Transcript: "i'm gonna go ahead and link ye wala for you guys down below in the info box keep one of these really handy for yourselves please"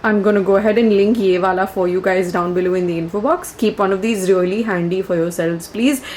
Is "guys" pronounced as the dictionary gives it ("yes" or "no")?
yes